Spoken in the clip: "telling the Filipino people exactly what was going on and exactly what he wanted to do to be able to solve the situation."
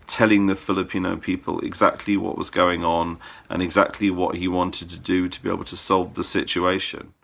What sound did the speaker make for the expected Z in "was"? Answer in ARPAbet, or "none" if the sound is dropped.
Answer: Z